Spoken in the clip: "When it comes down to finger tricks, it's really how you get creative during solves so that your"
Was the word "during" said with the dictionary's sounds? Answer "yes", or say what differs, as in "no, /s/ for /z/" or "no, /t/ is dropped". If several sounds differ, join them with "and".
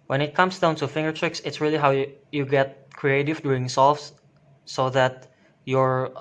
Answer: no, /ɹ/ is dropped